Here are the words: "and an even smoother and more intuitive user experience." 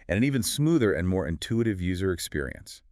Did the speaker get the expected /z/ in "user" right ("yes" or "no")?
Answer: yes